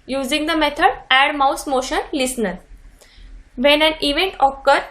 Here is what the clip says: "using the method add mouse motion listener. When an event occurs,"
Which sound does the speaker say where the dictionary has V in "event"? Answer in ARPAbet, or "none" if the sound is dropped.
V